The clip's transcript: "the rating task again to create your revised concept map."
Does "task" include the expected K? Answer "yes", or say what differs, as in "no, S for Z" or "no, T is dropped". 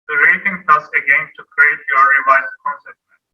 no, K is dropped